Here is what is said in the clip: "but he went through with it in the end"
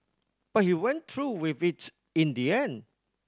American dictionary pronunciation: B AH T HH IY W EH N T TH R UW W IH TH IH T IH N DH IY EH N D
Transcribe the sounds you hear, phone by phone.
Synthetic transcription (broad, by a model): B AH T HH IY W EH N T R UW W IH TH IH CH IH N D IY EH N